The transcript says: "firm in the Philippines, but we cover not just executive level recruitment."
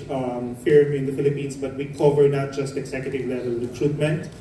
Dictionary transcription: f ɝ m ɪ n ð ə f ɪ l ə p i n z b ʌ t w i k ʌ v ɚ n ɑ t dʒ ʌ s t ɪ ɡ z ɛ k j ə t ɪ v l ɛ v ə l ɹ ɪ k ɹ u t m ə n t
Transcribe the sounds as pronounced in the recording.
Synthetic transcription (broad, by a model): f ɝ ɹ ɪ n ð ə f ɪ l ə p i n s b ʌ t w i k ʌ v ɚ n ɑ t dʒ ʌ s t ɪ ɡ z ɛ k j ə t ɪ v l ɛ v ə l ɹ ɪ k ɹ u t m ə n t